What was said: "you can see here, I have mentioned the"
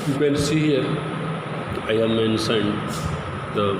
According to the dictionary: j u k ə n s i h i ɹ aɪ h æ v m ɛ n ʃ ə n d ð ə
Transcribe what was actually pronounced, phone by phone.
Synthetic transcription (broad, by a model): j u k ə n s i h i ɹ aɪ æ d m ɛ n s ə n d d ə